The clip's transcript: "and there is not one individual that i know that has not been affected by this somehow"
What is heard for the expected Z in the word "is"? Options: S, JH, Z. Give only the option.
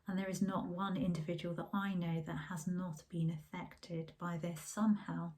Z